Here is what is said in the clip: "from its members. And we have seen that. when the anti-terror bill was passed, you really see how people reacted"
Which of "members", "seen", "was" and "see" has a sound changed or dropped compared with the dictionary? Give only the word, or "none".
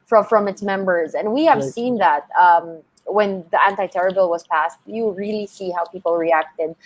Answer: none